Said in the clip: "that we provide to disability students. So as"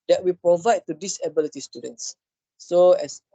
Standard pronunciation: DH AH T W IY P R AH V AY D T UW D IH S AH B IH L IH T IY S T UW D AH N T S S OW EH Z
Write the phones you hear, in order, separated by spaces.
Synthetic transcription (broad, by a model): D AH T W IY P R AH V AY D T UW D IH S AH B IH L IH T IY S T UW D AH N T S S OW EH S